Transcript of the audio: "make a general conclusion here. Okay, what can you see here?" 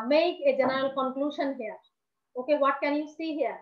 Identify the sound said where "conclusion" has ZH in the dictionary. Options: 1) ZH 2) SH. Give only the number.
2